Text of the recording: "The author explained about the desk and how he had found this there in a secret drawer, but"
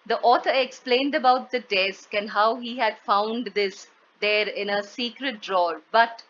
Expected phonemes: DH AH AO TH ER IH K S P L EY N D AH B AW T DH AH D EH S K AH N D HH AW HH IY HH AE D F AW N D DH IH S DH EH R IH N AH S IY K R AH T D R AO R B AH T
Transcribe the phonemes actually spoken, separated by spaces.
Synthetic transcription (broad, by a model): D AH AO T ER IH K S P L EY N D AH B AW T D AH D EH S K AH N D HH AW HH IY HH AE D F AW N D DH IH S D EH R IH N AH S IY K R AH T D R AO R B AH T